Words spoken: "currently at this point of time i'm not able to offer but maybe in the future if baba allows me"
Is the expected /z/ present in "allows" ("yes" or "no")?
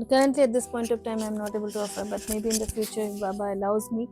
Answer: yes